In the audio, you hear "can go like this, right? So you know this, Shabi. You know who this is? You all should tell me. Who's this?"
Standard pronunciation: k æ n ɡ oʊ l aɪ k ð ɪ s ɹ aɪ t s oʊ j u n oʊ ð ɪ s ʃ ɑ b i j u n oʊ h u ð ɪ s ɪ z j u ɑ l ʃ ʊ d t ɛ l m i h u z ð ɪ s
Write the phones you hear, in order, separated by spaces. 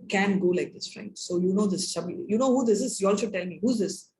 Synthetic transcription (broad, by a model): k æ n ɡ oʊ l aɪ k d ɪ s ɹ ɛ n s oʊ j u n oʊ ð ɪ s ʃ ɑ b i j u n oʊ h u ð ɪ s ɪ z j u ɑ l s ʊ t ɛ l m i h u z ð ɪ s